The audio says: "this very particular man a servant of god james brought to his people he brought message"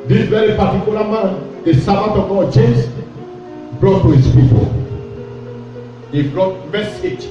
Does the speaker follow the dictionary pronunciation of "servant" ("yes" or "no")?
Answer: no